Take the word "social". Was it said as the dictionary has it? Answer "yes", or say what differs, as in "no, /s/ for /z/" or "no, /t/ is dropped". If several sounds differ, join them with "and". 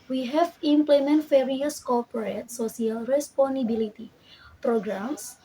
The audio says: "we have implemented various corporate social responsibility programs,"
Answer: no, /s/ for /ʃ/